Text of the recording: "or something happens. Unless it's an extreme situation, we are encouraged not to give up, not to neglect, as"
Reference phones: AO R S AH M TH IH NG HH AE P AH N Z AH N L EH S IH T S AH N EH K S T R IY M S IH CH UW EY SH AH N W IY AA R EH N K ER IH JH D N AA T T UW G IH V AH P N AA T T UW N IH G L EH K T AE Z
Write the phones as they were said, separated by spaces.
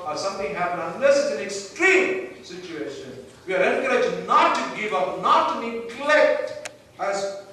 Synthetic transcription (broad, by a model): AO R S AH M T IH NG HH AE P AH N AH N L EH S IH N AH N EH K S T R IY M S IH CH UW EY SH AH N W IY AA R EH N K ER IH JH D N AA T T UW G IH V AH P N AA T T UW N IH G L EH K T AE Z